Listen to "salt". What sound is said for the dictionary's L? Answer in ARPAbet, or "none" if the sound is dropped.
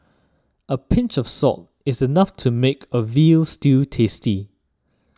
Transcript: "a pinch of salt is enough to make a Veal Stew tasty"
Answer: none